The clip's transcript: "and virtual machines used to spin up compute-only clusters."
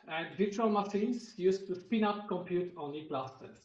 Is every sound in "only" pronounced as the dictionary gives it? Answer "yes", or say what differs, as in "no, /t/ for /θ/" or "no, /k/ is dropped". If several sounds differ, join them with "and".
no, /l/ is dropped